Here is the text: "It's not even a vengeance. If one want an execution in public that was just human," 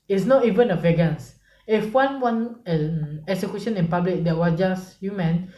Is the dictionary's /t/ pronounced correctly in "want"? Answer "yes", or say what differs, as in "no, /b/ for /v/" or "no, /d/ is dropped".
no, /t/ is dropped